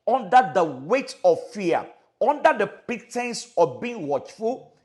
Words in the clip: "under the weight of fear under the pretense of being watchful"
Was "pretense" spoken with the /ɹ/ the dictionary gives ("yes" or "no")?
no